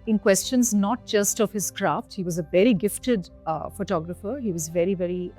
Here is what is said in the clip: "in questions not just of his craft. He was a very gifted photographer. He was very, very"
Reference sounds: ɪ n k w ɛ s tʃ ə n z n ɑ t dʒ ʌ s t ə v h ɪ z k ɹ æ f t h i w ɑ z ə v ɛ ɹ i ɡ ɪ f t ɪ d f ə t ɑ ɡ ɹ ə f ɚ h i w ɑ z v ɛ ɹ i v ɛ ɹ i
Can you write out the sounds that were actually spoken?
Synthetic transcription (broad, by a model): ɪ n k w ɛ s tʃ ə n z n ɑ t dʒ ʌ s t ə v h ɪ z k ɹ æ f t h i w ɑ z ə v ɛ ɹ i ɡ ɪ f t ɪ d f ə t ɑ ɡ ɹ ə f ɚ h i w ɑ z v ɛ ɹ i v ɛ ɹ i